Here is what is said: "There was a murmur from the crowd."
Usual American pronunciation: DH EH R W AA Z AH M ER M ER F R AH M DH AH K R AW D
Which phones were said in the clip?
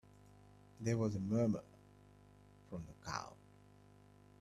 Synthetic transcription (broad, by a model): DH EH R W AA Z AH M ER M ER F R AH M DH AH K AW